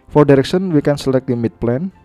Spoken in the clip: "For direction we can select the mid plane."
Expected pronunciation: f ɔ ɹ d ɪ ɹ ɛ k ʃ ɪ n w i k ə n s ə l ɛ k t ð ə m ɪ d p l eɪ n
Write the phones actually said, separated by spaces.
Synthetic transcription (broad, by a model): f ɔ ɹ d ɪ ɹ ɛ k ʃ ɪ n w i k ə n s ə l ɛ k t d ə m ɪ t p l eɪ n